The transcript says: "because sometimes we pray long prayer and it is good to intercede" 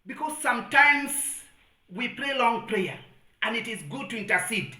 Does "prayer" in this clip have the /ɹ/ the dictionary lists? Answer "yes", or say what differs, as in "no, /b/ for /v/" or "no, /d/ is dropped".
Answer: yes